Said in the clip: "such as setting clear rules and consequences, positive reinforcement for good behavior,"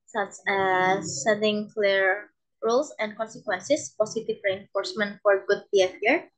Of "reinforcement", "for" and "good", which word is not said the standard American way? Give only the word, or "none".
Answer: none